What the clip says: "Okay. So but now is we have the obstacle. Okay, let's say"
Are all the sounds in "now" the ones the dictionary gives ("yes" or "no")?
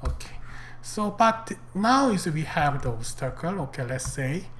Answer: yes